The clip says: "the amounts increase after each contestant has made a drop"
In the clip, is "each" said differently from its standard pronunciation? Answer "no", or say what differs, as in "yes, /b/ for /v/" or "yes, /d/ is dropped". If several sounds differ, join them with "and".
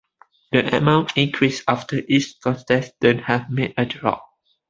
yes, /s/ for /tʃ/